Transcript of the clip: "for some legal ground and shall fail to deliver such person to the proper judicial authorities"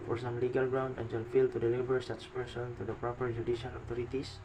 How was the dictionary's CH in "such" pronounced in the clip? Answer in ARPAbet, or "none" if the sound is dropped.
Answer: S